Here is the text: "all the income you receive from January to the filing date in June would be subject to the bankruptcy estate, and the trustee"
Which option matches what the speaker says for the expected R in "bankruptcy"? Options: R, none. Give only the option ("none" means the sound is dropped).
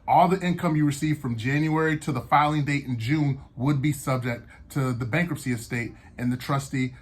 R